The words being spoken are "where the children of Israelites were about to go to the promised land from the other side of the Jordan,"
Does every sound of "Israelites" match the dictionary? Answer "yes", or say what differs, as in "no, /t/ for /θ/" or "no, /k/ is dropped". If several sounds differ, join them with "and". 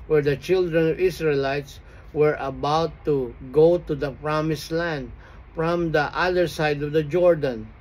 no, /s/ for /z/